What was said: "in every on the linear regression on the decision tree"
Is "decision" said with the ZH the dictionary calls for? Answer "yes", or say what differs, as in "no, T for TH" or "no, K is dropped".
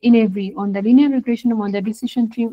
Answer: no, SH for ZH